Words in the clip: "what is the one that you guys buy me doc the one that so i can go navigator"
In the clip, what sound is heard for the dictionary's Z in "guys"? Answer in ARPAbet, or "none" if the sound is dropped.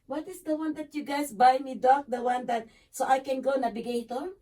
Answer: S